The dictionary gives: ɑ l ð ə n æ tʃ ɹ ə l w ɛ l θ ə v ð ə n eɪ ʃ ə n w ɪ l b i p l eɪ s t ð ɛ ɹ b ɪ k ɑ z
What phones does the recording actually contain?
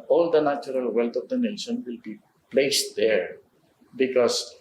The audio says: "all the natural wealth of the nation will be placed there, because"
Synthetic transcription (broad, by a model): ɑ l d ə n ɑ tʃ ɹ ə l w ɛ l t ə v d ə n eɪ s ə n w ɪ l b i p l eɪ s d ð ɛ ɹ b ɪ k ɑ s